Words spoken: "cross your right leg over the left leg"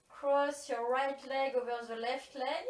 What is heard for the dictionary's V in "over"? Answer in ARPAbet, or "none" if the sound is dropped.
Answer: V